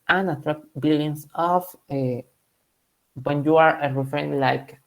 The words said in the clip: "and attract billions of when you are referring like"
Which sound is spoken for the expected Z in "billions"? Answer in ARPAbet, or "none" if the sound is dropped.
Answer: S